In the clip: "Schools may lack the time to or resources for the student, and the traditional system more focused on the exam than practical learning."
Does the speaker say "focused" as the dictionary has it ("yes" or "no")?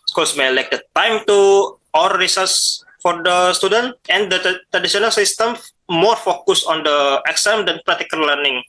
no